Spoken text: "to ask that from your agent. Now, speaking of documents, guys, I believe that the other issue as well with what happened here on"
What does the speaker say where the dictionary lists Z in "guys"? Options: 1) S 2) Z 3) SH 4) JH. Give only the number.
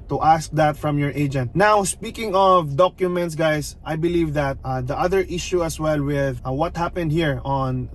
1